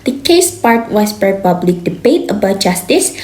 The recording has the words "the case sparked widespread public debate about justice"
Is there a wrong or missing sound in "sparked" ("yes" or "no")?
yes